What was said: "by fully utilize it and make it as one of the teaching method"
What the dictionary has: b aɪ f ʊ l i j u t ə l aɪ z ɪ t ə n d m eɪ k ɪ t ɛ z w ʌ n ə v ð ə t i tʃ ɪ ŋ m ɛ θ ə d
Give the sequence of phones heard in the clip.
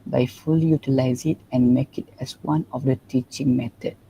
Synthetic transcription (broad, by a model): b aɪ f ʊ l i j u t ə l aɪ z ɪ t ə n d m eɪ k ɪ t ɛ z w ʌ n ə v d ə t i tʃ ɪ ŋ m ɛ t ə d